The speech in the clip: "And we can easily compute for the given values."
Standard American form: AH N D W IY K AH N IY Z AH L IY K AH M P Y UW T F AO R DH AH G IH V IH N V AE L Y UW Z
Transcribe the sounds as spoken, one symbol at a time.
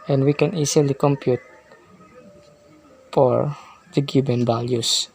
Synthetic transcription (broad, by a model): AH N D W IY K AH N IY S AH L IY K AH M P Y UW T F AO R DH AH G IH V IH N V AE L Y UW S